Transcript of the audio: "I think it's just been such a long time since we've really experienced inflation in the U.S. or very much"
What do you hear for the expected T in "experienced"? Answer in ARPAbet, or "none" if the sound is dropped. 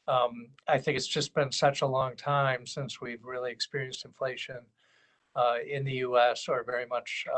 T